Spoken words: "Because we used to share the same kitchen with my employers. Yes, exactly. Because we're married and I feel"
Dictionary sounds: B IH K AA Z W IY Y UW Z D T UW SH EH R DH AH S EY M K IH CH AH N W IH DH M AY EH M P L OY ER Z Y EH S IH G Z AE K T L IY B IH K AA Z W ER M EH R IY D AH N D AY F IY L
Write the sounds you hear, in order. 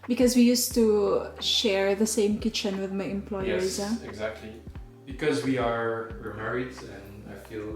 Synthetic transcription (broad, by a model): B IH K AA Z W IY Y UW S T UW SH EH R DH AH S EY M K IH CH AH N W IH DH M AY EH M P L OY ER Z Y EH IH G Z AE K T L IY B IH K AA Z W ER M EH R IY D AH N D AY F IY L